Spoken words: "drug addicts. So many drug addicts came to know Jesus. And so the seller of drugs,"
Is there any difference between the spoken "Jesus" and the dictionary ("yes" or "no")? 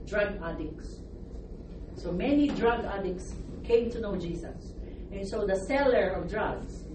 yes